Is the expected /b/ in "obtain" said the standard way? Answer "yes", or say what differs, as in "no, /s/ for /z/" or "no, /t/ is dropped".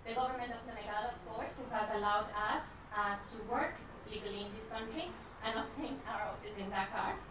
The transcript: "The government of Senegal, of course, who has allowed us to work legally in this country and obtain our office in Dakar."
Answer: no, /b/ is dropped